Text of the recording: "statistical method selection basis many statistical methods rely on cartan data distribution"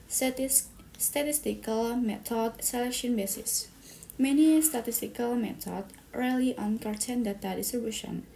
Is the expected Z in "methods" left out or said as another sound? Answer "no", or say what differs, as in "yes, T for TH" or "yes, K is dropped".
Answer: yes, Z is dropped